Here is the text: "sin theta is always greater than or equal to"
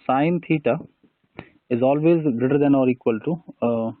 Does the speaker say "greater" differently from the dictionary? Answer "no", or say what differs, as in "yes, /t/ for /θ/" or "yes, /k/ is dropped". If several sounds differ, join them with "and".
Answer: no